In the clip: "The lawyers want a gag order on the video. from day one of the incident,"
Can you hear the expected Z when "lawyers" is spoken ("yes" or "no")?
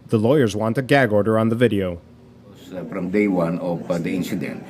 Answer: yes